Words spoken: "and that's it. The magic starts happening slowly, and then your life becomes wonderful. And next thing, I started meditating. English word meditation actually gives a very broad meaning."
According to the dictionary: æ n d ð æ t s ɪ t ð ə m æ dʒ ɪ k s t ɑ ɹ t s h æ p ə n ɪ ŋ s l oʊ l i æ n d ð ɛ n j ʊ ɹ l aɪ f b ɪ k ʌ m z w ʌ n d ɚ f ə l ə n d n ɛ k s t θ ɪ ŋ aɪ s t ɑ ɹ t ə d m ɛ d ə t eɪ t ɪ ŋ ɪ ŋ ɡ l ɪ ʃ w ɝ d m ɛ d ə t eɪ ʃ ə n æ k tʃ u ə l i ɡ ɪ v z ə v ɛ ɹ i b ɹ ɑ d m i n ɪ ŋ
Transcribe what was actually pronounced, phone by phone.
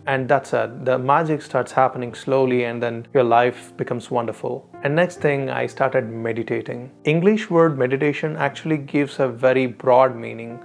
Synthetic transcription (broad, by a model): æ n d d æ t s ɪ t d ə m æ dʒ ɪ k s t ɑ ɹ t s h æ p ə n ɪ ŋ s l oʊ l i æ n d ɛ n j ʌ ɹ l aɪ f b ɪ k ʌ m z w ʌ n d ɚ f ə l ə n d n ɛ k s t t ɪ ŋ aɪ s t ɑ ɹ t ə d m ɛ d ə t eɪ t ɪ ŋ ɪ ŋ ɡ l ɪ ʃ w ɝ d m ɛ d ə t eɪ ʃ ə n æ k tʃ u ə l i ɡ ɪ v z ə v ɛ ɹ i b ɹ ɑ d m i n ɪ ŋ